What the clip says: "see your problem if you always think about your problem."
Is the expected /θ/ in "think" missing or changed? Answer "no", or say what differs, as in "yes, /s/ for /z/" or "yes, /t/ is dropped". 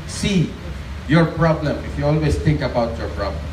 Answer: yes, /t/ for /θ/